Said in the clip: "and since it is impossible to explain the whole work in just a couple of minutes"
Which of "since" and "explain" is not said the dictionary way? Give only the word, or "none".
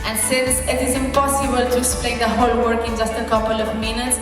explain